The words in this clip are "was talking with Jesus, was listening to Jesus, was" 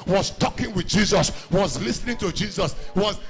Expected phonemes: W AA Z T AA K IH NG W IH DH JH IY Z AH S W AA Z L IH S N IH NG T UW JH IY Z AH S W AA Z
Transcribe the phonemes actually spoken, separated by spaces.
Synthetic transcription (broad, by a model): W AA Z T AA K IH NG W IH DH JH IY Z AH S W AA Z L IH S N IH NG T UW JH IY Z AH S W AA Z